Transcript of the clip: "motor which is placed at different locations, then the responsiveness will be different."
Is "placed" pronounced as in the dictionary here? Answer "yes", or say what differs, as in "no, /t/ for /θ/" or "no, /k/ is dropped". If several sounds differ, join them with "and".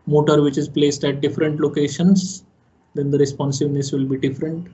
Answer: yes